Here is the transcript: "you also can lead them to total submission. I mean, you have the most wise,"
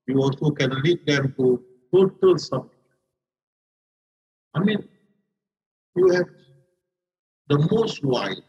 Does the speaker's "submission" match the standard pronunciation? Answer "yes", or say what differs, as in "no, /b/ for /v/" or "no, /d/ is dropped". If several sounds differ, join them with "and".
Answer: no, /b/ is dropped and /n/ is dropped